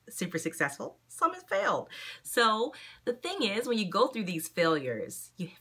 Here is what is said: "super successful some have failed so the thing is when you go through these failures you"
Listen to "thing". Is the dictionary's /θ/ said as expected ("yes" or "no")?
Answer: yes